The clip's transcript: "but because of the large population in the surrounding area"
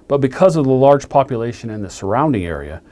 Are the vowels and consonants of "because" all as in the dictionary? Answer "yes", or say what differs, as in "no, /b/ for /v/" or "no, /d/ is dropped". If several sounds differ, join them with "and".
yes